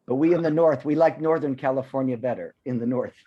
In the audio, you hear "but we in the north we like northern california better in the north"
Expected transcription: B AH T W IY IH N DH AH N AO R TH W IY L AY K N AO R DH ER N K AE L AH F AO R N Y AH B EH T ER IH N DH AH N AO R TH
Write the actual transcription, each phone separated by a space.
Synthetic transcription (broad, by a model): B AH T W IY IH N DH AH N AO R TH W IY L AY K N AO R DH ER N K AE L AH F AO R N Y AH B EH T ER IH N DH AH N AO R TH